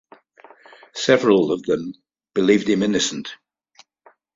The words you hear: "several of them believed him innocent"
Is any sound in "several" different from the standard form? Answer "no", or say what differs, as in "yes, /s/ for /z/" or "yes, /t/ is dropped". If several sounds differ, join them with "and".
no